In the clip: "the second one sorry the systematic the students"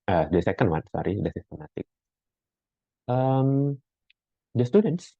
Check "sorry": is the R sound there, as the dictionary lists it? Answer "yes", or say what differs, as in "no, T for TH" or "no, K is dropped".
yes